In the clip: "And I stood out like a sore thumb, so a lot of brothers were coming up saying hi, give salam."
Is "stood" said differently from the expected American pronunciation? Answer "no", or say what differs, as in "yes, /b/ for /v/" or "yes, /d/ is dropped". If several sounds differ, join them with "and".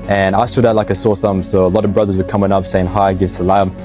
no